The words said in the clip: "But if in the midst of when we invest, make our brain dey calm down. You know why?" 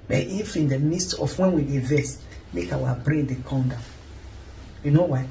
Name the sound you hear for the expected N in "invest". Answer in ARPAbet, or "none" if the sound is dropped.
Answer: none